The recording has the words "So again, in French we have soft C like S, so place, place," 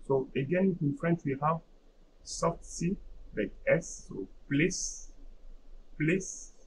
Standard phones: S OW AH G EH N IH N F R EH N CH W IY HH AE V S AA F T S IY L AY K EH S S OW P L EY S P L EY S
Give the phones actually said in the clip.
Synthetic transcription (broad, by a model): S OW AH G EH N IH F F R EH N S W IY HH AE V S AA F T S IY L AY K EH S S OW P L EY S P L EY S